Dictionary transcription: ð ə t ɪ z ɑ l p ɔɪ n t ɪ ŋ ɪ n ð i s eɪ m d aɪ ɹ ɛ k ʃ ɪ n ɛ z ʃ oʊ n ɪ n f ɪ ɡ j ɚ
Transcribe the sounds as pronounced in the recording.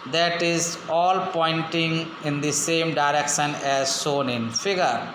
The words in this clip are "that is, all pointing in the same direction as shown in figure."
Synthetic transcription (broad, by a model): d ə t ɪ z ɑ l p ɔɪ n t ɪ ŋ ɪ n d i s eɪ m d aɪ ɹ ɛ k ʃ ɪ n ɛ z s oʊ n ɪ n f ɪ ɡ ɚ